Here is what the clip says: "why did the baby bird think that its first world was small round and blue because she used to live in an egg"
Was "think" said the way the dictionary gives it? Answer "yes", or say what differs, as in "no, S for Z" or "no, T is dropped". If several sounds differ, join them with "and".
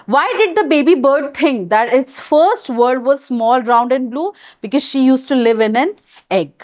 no, T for TH